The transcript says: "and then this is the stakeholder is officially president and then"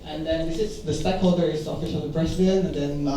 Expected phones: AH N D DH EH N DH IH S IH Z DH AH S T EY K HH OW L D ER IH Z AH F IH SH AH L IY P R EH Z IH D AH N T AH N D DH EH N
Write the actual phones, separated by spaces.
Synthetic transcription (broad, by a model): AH N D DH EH N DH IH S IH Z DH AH S T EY K HH OW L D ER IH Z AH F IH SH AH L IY B R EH S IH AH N AH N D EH N